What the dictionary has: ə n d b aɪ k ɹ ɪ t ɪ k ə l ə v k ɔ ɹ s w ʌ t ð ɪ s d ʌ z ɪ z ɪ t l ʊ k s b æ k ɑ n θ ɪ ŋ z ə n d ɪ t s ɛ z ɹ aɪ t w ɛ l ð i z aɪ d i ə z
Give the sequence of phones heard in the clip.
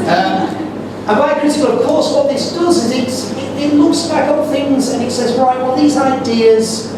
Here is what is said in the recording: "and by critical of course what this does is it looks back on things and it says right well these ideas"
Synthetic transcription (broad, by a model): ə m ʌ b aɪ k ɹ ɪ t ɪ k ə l ə v k ɔ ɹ s w ʌ t ð ɪ s d ʌ z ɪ z ɪ t l ʊ k s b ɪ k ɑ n θ ɪ ŋ z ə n ɪ t s ɛ z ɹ aɪ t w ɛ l ð i z aɪ d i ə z